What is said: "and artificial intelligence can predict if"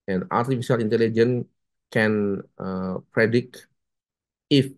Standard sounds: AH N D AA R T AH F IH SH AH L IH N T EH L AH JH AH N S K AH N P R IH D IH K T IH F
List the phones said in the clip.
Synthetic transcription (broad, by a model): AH N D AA R T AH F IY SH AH L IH N T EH L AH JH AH N K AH N P R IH D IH K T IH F